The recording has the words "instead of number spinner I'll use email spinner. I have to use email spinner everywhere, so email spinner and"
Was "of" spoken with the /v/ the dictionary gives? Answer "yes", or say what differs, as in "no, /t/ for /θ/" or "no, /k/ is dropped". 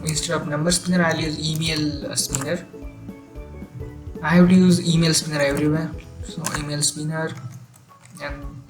no, /b/ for /v/